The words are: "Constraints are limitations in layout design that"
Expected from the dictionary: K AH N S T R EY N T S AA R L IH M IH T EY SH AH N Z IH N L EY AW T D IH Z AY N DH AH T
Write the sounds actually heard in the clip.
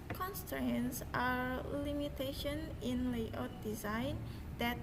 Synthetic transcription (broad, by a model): K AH N S T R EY N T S AA R L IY M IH T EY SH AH N IH N L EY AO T D IH Z AY N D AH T